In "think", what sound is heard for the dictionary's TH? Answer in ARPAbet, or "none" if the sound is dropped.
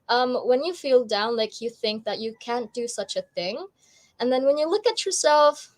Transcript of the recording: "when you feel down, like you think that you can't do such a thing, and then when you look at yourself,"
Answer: TH